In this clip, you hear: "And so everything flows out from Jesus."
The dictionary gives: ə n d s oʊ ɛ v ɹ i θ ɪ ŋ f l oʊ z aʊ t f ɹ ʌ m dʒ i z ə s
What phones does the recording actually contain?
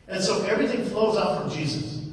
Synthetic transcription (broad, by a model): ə n s oʊ ɛ v ɹ i θ ɪ ŋ f l oʊ z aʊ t f ɹ ʌ m dʒ i z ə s